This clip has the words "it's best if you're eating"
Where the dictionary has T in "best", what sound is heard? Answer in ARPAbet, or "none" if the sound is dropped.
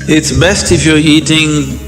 T